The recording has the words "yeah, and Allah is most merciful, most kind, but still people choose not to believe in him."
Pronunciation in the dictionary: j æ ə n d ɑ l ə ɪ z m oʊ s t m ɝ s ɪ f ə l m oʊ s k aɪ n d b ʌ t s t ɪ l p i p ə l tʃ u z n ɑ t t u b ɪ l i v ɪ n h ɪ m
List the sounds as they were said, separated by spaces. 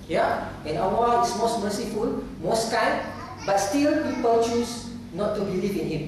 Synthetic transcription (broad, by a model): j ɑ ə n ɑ w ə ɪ s m oʊ s t m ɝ s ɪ f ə l m oʊ s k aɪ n b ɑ t s t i l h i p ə tʃ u s n ɑ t t u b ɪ l i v ɪ n h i m